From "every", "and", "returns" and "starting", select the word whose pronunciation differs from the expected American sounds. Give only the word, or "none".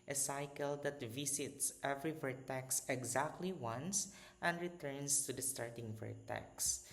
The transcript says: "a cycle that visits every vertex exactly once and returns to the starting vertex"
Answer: returns